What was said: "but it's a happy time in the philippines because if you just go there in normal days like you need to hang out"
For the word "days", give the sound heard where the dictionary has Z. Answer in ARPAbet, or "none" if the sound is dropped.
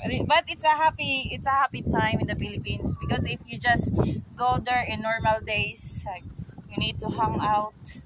S